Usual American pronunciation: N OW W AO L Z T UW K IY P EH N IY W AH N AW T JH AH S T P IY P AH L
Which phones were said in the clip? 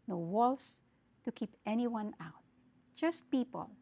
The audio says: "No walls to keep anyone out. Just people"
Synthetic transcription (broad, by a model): N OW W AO L S T UW K IY P EH N IY W AH N AW T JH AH S T P IY P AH L